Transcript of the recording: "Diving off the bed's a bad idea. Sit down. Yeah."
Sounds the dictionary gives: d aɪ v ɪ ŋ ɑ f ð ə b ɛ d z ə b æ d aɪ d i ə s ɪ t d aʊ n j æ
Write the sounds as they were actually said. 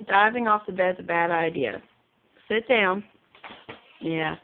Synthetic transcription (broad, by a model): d aɪ v ɪ ŋ ɑ f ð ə b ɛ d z ə b æ d aɪ d i ə s ɪ t d aʊ n j æ